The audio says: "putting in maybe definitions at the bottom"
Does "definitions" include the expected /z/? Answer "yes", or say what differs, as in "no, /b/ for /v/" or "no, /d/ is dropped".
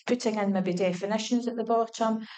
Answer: yes